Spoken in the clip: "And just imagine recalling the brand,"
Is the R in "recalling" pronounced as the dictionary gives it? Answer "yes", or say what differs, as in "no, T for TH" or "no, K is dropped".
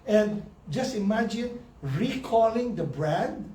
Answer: yes